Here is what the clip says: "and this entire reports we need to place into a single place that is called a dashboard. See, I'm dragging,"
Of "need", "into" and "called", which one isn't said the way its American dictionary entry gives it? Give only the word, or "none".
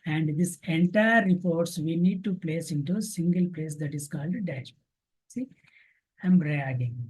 none